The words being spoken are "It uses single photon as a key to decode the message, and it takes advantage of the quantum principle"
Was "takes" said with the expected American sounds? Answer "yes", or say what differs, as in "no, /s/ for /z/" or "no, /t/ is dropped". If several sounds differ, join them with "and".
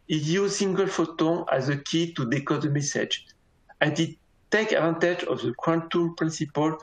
no, /s/ is dropped